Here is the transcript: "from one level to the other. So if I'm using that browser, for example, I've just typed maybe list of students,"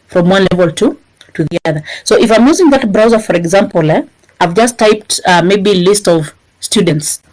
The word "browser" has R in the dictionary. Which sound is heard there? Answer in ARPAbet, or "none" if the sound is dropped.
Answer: R